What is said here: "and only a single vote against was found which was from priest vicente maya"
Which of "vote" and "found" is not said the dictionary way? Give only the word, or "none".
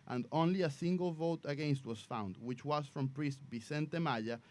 none